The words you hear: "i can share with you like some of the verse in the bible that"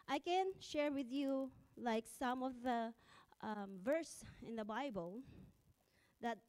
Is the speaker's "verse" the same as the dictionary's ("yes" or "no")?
yes